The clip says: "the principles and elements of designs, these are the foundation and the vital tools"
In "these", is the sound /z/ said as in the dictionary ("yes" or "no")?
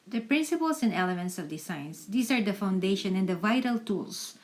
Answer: no